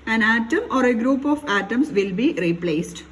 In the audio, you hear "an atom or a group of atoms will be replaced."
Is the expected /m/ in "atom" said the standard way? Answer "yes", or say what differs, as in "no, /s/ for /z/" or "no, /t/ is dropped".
yes